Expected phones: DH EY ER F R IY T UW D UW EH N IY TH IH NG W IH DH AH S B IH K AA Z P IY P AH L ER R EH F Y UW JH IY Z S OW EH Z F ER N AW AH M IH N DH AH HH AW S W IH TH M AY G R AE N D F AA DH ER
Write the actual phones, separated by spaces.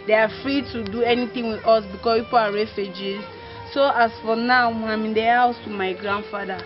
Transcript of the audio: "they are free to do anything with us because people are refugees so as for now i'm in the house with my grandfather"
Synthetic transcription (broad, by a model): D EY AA F R IY T UW D UW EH N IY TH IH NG W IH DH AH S B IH K AA S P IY P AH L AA R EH F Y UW JH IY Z S OW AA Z F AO N AW AH M IH N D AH HH AW S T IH M AY G R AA N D F AA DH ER